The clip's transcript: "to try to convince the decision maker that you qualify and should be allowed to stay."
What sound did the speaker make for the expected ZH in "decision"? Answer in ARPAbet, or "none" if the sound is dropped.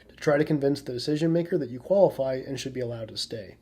ZH